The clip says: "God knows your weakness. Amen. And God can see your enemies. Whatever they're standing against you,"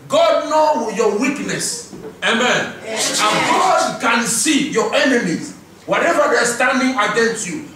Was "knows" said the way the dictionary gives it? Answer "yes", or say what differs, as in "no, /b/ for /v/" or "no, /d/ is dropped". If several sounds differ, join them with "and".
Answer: no, /z/ is dropped